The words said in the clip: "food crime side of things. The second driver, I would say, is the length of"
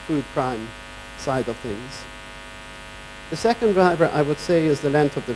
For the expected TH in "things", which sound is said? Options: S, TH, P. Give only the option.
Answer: TH